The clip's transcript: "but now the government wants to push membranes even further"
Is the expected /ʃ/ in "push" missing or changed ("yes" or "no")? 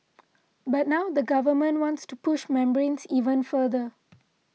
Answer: no